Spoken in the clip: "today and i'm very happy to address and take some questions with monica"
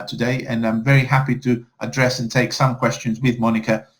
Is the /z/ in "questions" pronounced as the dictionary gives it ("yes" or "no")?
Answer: yes